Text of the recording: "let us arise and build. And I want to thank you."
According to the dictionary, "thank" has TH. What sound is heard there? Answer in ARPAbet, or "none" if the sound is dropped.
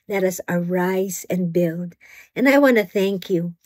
TH